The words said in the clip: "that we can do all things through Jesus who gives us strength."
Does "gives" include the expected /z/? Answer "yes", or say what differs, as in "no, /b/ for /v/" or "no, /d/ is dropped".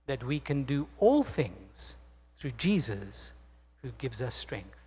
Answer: yes